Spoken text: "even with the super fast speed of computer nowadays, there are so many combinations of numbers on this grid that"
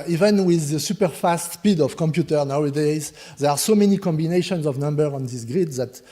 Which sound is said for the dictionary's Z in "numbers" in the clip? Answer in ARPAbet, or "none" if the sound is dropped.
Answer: none